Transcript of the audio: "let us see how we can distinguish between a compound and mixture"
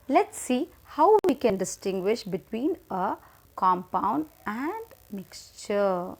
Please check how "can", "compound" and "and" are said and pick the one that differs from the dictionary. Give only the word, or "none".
none